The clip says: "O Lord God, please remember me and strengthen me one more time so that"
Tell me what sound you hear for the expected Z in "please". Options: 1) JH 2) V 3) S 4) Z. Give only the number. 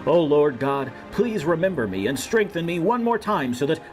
4